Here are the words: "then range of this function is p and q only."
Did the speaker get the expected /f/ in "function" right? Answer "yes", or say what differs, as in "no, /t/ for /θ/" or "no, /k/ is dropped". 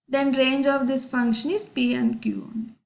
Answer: yes